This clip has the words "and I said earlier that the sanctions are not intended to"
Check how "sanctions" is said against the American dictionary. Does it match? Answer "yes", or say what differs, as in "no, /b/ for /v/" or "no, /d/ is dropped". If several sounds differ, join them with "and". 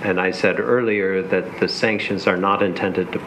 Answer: yes